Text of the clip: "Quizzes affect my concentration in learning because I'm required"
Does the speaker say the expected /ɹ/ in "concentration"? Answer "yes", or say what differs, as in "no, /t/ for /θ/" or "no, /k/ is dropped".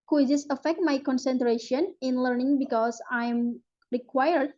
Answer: yes